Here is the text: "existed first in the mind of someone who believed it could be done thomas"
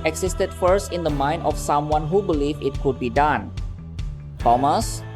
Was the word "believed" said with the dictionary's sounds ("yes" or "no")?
no